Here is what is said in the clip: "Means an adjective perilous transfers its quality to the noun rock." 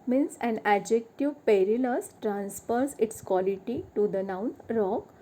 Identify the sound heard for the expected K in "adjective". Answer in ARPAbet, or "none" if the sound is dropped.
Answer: K